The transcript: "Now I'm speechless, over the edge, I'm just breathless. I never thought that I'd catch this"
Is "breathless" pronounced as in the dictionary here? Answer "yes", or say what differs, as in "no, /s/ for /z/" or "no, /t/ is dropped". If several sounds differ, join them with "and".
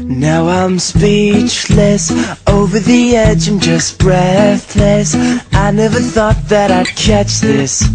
yes